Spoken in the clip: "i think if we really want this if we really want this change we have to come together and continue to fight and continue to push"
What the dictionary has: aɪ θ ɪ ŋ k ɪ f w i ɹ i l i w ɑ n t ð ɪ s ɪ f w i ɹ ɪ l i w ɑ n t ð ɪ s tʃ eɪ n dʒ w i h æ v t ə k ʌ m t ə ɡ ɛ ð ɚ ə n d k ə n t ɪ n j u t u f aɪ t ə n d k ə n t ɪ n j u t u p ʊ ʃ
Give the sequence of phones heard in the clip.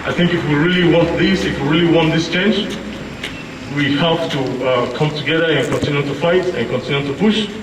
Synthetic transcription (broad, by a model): aɪ θ ɪ ŋ k ɪ f w i ɹ i l i w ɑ n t ð ɪ s ɪ f w i ɹ ɪ l i w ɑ n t ð ɪ s tʃ eɪ n dʒ w i h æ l t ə k ʌ m t ə ɡ ɛ ð ɚ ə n k ə n t ɪ n j u t u f aɪ t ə n k ə n t ɪ n j u t u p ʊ ʃ